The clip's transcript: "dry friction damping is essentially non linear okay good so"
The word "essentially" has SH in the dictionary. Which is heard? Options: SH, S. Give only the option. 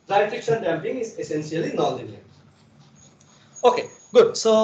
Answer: S